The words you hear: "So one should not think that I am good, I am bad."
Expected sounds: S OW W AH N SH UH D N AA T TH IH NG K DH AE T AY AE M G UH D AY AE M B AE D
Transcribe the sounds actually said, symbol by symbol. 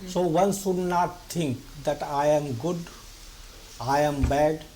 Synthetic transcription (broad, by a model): S OW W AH N S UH D N AA T T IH NG K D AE T AY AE M G UH D AY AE M B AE D